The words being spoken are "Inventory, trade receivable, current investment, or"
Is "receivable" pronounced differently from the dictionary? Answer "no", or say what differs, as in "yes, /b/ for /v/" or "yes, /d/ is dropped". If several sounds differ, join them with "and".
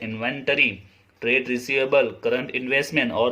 no